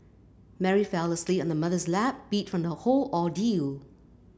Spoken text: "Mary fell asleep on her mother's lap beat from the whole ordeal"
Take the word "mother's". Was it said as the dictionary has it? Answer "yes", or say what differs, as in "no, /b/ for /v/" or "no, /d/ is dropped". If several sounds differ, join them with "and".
yes